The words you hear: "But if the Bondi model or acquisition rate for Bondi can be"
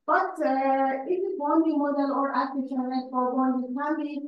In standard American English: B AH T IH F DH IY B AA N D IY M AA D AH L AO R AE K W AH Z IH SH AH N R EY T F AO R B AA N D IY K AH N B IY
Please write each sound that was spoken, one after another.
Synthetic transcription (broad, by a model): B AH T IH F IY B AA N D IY M AA D AH L AO R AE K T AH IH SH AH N L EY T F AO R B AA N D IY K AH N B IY